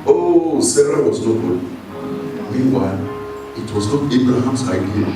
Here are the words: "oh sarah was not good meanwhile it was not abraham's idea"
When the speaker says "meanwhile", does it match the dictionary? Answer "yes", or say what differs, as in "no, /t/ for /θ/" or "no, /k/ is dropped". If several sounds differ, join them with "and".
yes